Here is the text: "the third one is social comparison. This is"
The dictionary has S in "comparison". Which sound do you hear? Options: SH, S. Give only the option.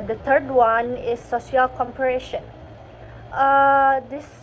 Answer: SH